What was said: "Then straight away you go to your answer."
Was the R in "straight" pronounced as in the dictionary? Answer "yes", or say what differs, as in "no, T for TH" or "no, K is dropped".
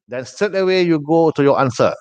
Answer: no, R is dropped